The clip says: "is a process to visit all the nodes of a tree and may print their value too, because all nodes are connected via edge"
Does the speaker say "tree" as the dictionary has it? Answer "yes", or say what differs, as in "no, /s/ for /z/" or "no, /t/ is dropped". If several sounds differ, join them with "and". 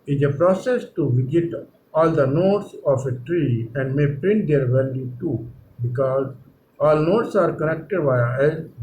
yes